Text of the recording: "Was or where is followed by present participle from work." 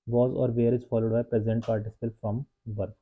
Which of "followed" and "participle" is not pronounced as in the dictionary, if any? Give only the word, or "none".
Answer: none